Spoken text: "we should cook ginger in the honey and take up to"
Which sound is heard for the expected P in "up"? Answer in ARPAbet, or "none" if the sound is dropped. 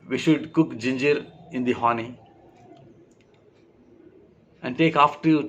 F